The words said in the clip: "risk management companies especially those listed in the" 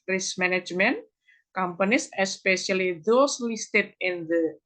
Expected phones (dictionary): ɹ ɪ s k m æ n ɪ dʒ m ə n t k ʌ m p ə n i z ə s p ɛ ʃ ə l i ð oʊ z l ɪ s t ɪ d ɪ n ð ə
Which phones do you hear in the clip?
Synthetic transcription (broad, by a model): ɹ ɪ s m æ n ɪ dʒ m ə n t k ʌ m p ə n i s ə s p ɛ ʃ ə l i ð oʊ s l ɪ s t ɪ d ɪ n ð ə